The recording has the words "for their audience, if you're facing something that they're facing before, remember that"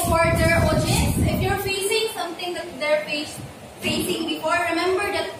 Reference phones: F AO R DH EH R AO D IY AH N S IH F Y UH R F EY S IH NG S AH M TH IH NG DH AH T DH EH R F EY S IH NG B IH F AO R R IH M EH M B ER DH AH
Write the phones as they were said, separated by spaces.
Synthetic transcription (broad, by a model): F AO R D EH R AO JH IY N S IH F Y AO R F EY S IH NG S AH M T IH NG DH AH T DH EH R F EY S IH NG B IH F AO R R IH M EH M B ER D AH